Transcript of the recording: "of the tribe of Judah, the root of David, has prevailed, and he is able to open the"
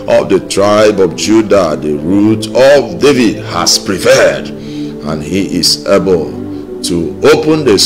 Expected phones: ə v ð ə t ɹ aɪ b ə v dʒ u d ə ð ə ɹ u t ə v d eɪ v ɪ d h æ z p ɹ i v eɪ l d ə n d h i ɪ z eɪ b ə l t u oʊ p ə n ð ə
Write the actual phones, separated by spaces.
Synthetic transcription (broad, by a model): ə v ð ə t ɹ aɪ b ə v dʒ u d ə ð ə ɹ u t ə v d eɪ v ɪ d h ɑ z p ɹ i p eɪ d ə n h i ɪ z eɪ b ə l t u oʊ p ə n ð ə